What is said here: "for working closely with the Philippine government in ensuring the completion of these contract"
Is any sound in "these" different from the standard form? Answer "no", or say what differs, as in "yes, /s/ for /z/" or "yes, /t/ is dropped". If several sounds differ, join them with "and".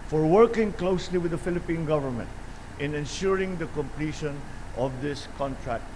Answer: yes, /s/ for /z/